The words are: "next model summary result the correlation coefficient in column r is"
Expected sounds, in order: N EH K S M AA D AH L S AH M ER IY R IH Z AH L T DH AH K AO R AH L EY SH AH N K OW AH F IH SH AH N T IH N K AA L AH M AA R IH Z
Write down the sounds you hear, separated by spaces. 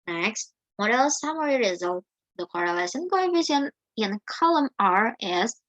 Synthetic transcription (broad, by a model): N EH K S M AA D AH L S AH M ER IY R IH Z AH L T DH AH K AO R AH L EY S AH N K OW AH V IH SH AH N IH N K AA L AH M AA R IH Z